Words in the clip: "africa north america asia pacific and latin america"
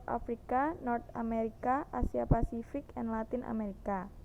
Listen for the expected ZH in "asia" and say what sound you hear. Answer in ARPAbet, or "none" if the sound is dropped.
S